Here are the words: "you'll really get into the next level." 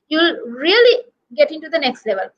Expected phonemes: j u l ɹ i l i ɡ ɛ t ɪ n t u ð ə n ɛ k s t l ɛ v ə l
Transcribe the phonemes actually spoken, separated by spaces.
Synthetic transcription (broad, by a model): j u l ɹ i l i ɡ ɛ t ɪ n t u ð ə n ɛ k s t l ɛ v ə l